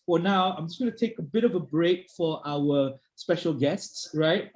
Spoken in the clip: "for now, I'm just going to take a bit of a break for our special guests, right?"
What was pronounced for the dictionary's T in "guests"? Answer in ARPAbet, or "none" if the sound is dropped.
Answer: T